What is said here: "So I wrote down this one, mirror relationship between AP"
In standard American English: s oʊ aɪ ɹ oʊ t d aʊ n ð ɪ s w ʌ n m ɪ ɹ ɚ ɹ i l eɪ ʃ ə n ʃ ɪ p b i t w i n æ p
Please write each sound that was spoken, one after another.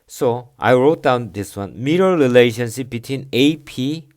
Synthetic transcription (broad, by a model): s oʊ aɪ ɹ oʊ t d aʊ n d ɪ s w ʌ n m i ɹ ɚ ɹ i l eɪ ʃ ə n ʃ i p b i t w i n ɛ p